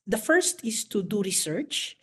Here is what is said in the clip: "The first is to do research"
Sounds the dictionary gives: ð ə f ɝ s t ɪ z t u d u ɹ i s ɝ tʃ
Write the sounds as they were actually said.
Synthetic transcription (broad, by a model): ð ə f ɝ s t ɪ s t u d u ɹ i s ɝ tʃ